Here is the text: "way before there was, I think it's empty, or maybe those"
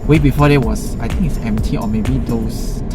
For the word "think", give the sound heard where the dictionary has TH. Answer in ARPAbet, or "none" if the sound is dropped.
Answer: T